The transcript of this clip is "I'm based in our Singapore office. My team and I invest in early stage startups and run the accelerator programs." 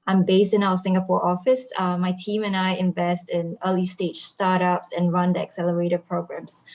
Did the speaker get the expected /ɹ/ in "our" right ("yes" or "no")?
no